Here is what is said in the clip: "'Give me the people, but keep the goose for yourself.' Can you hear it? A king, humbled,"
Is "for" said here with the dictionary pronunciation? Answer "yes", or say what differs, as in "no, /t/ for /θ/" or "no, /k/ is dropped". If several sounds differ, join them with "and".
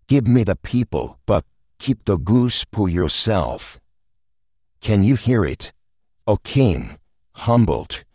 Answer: no, /p/ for /f/